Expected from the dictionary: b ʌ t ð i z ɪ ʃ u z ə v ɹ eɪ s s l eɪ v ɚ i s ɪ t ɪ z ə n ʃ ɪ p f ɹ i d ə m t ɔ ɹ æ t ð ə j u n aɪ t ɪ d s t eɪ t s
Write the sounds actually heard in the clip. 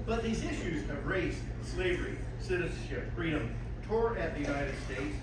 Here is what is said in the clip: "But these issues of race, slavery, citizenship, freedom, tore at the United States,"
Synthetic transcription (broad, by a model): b ʌ t ð i z ɪ ʃ u z ə v ɹ eɪ s s l eɪ v ɚ i s ɪ t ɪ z n ʃ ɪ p f ɹ i d ə m t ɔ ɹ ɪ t ð ə j u n aɪ t ɪ d s t eɪ t s